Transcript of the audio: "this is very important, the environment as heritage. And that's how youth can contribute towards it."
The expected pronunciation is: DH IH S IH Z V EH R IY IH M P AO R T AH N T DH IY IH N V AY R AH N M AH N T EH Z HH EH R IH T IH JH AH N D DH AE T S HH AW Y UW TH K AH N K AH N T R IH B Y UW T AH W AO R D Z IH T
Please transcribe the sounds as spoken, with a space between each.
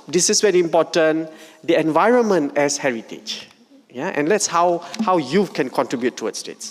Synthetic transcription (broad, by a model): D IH S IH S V EH R IY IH M P AO T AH N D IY IH N V AY R AH N M AH N T EH S HH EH R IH T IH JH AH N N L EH T S HH AW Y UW F K AH N K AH N T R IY B Y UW T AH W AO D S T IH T